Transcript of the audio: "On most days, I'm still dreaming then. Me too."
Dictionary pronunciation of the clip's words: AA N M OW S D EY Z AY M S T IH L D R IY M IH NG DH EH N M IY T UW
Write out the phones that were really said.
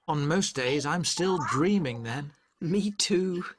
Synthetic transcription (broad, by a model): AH N M OW S D EY Z AY M S T IH L D R IY M IH NG DH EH N M IY T UW